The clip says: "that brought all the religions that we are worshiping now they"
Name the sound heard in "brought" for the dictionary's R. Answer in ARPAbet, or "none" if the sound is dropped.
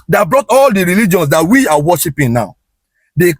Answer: R